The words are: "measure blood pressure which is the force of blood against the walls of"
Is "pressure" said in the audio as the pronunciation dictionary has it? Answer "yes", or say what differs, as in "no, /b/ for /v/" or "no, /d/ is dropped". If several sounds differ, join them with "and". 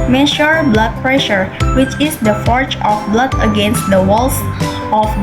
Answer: yes